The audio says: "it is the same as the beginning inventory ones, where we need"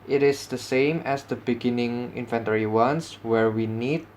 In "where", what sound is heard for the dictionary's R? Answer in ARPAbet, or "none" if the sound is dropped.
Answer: R